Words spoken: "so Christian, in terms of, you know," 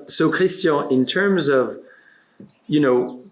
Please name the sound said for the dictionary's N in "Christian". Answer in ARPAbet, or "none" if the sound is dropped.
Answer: none